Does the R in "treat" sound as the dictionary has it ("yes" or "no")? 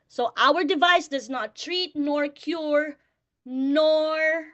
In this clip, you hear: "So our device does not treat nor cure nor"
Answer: yes